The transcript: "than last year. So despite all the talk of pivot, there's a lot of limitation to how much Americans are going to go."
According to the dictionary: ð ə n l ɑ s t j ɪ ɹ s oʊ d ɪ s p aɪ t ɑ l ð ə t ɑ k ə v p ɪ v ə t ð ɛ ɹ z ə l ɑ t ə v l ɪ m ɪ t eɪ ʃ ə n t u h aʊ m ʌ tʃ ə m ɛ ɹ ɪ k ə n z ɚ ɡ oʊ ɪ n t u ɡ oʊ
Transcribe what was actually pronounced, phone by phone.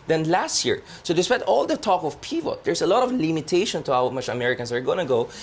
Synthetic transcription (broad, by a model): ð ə n l ɑ s t j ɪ ɹ s oʊ d ɪ s p aɪ t ɑ l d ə t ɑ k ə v p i p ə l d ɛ ɹ s ə l ɑ t ə v l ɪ m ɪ t eɪ ʃ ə n t u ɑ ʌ m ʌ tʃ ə m ɛ ɹ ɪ k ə n s ɚ ɡ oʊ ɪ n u ɡ oʊ